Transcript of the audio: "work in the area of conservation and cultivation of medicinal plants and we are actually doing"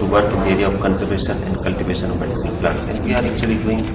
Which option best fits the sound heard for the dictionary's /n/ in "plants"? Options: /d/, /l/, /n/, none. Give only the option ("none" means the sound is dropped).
none